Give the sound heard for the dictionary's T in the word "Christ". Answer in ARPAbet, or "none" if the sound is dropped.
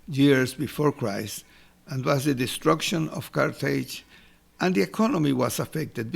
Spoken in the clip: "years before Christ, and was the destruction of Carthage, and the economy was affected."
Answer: none